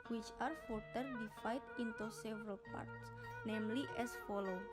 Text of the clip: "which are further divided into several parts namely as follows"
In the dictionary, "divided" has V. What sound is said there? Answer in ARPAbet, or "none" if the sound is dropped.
F